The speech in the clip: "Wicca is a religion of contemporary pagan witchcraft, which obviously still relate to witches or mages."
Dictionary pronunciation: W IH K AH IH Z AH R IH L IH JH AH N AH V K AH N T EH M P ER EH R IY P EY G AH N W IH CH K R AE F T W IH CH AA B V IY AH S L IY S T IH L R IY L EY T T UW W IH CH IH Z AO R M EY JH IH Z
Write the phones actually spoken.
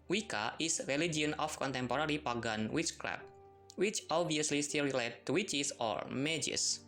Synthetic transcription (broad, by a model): W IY K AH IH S R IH L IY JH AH N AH F K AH N T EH M P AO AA R IY P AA G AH N W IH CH K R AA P W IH CH AA B V IY AH S L IY S T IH L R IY L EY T T UW W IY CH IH S AO R M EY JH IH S